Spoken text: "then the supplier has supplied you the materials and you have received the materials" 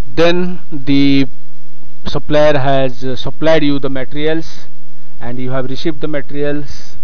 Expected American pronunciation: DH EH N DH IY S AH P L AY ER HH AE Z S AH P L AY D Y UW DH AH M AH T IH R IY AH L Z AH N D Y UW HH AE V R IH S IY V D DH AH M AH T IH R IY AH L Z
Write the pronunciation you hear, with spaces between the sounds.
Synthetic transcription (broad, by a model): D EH N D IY S AH P L AY ER HH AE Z S AH P L AY D Y UW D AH M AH T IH R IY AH L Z AH N D Y UW HH AE V R IH S IY V D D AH M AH T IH R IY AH L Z